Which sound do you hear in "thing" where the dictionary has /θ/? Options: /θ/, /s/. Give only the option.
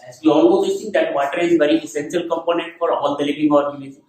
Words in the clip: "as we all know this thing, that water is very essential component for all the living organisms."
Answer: /s/